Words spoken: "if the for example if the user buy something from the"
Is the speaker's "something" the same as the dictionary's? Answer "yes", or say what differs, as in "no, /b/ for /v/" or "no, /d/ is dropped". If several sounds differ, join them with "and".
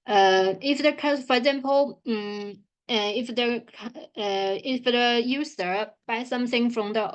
yes